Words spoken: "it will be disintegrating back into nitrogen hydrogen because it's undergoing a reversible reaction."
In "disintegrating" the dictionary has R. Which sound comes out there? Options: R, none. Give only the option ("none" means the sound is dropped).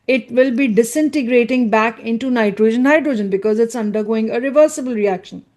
R